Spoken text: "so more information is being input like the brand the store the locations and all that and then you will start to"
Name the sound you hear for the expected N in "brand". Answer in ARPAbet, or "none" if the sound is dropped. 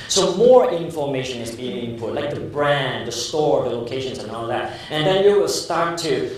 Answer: N